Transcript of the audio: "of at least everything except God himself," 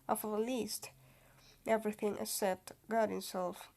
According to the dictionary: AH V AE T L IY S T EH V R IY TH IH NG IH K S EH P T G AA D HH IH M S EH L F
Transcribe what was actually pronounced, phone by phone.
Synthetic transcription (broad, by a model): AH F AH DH L IY S T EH V R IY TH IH NG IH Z S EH T G AA D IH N S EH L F